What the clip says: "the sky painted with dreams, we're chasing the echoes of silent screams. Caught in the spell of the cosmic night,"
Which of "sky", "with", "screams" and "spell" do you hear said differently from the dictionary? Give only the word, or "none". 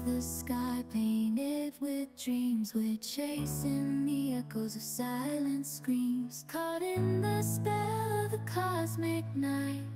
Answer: none